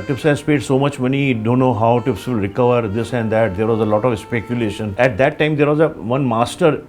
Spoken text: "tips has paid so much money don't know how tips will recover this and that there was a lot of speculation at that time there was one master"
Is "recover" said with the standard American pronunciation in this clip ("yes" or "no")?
yes